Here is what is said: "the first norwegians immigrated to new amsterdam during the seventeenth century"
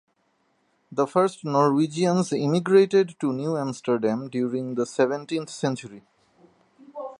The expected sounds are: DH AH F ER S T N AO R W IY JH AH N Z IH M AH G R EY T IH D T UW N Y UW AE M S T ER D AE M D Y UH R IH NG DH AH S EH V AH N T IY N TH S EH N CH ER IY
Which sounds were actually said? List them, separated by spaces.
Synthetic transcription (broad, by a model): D AH F ER S T N AO R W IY JH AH N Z IH M AH G R EY T IH D T UW N Y UW AE M S T ER D AE M D Y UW R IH NG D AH S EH V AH N T IY N T S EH N CH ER IY